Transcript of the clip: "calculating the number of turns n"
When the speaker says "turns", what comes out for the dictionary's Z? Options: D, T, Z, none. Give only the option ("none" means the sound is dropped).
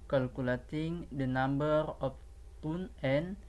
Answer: none